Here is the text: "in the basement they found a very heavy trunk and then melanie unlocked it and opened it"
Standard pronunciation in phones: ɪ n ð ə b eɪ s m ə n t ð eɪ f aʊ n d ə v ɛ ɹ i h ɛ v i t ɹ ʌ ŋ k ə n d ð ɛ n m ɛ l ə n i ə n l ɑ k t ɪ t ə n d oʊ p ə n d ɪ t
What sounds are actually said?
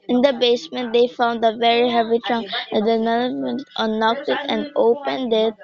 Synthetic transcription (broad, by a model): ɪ n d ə b eɪ s m ə n t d eɪ f aʊ n d ə v ɛ ɹ i h ɛ v i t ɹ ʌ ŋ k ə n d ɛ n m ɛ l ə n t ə n ɑ k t ɪ t ə n d oʊ p ə n d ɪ t